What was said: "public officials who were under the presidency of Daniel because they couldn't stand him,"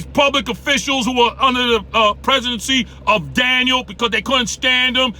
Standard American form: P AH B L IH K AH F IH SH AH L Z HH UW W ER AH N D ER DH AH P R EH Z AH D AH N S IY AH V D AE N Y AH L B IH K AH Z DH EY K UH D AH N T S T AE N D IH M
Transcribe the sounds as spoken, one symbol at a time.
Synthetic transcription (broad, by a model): P AH B L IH K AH F IH SH L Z HH UW W ER AH N D ER DH AH P R EH Z AH D AH N S IY AH V D AE N Y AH L B IH K AH Z DH EY K UH D N T S T AE N D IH M